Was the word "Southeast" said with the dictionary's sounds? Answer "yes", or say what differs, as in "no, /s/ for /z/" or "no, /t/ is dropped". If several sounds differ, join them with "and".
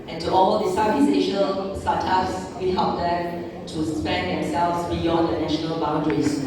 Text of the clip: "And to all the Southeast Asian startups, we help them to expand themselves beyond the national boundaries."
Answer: no, /t/ is dropped